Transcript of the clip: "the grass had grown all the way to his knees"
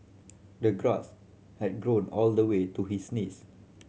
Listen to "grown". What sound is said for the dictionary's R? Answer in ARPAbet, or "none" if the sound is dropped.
R